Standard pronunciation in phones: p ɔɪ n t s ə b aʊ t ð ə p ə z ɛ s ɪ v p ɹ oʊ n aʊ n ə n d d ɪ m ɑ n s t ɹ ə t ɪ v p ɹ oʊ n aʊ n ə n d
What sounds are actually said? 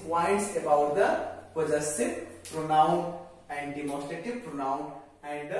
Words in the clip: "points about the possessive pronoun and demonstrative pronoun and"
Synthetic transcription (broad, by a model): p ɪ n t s ə b aʊ t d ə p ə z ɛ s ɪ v p ɹ oʊ n aʊ n ə n d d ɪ m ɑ s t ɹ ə t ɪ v p ɹ oʊ n aʊ n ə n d